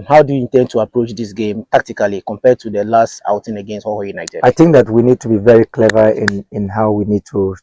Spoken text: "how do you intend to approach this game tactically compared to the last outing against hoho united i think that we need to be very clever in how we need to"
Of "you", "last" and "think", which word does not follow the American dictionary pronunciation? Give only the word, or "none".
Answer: none